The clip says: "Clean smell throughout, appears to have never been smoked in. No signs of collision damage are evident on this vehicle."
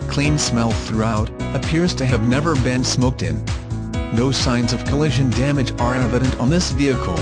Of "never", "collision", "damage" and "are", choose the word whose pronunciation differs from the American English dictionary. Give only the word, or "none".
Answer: none